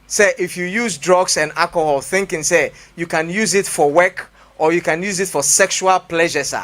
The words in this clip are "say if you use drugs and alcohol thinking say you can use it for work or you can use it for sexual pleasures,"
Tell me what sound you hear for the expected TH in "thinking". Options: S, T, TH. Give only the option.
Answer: TH